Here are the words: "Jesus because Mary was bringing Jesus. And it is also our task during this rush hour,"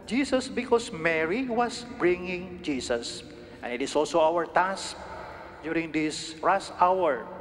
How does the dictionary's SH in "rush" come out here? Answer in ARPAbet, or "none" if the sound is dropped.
S